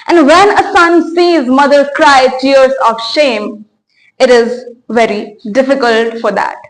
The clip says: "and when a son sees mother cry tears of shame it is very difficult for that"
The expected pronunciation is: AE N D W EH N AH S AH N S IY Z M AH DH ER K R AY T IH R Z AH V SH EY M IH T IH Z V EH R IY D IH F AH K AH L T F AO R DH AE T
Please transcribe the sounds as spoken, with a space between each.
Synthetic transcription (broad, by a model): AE N D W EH N AH S AH N S IY Z M AH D ER K R AY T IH R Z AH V SH EY M IH T IH Z V EH R IY D IH F AH K AH L T F AO R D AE T